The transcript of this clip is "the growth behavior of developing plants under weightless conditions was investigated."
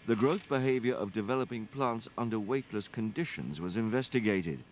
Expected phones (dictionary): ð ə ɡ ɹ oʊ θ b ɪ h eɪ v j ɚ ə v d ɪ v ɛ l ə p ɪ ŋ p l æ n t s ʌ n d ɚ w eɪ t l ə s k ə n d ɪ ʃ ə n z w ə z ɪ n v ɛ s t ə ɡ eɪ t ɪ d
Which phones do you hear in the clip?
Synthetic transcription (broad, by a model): ð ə ɡ ɹ oʊ θ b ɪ h eɪ v j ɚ ə v d ɪ v ɛ l ə p ɪ ŋ p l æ n t s ʌ n d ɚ w eɪ t l ə s k ə n d ɪ ʃ ə n z w ə z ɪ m v ɛ s t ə ɡ eɪ t ɪ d